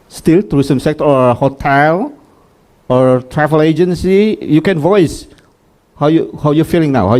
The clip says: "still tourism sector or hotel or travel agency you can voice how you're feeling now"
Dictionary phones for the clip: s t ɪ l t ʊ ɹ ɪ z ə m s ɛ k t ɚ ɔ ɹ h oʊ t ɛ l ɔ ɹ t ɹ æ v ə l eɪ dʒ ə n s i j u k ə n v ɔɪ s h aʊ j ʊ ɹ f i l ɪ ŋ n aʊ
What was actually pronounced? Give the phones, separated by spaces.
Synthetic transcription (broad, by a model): s t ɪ l t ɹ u s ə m s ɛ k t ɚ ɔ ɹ h oʊ t ɛ l ɔ ɹ t ɹ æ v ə l eɪ dʒ ə n s i j u k ə n v ɔɪ s h aʊ j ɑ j f i l ɪ ŋ n aʊ